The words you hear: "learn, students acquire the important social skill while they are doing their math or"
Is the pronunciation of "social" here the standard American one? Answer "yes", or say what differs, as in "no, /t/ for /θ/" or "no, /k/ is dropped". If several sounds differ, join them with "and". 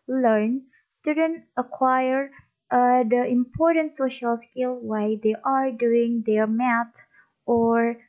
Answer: yes